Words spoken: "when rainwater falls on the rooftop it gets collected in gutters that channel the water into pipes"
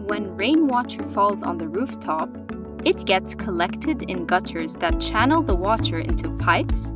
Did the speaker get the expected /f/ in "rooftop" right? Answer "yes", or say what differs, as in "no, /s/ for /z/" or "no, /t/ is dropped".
yes